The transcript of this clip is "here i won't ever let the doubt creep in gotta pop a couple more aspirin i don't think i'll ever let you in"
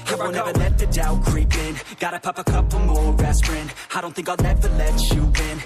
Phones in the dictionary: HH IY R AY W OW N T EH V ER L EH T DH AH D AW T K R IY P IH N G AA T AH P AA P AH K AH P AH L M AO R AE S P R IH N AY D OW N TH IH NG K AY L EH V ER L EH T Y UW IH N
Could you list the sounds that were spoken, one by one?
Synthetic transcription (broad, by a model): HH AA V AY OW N EH V ER L EH T DH AH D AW K R IY P IH N G AA T AH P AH P AH K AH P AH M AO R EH S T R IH N AY D OW N TH IH NG K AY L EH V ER L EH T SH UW IH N